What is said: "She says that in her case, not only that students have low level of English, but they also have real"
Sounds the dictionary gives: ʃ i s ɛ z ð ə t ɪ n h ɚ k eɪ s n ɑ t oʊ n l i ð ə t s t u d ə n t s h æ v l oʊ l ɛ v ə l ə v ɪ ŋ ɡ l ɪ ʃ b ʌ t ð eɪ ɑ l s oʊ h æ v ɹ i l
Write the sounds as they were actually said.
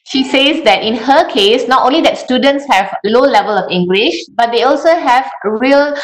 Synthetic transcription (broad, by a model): ʃ i s ɛ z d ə t ɪ n h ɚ k eɪ s n ɑ t oʊ n l i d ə t s t u d ə n t s h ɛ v l oʊ l ɛ v ə l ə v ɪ ŋ ɡ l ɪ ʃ b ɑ t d eɪ ɑ l s oʊ h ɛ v ɹ i l